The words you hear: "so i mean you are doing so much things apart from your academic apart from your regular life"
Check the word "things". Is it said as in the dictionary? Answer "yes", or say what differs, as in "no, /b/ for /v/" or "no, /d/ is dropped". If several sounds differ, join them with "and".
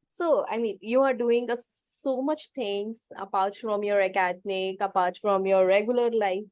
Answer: no, /t/ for /θ/